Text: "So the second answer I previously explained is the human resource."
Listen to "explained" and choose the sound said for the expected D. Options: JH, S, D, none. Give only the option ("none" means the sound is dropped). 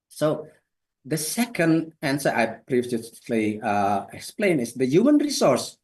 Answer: none